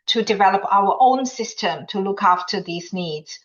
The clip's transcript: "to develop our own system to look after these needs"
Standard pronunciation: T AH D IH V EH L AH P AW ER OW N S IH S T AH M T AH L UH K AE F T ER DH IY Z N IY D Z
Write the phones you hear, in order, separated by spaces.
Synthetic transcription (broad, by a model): T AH D IH V EH L AH P AW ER OW N S IH S T AH M T AH L UH K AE F T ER DH IY Z N IY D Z